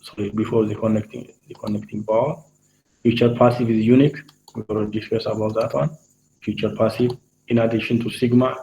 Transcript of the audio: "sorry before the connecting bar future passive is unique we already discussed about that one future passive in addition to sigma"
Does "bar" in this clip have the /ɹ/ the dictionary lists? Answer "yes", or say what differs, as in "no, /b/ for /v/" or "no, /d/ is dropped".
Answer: no, /l/ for /ɹ/